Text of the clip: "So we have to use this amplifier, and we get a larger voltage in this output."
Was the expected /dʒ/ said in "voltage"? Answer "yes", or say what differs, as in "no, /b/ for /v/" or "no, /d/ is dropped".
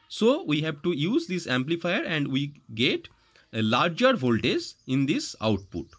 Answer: no, /z/ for /dʒ/